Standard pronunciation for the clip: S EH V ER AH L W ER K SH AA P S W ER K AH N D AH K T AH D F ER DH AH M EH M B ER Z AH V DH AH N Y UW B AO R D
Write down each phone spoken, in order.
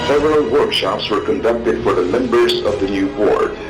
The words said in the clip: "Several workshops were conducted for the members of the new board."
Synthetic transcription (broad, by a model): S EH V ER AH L W ER K SH AA P S W ER K AH N D AH K T AH D F ER DH AH M EH M B ER Z AH V DH AH N Y UW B AO R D